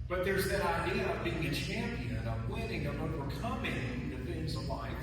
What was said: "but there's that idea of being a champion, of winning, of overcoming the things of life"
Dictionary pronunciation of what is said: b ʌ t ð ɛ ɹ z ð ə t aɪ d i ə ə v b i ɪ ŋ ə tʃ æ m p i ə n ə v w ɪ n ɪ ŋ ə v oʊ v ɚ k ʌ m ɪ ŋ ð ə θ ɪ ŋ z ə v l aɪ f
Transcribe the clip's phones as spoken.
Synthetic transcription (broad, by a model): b ʌ t ð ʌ ɹ z ð ə t aɪ d i ə ə v b i ɪ ŋ ə tʃ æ m p i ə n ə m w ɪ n ɪ ŋ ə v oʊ w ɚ k ʌ m ɪ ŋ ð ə f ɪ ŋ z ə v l aɪ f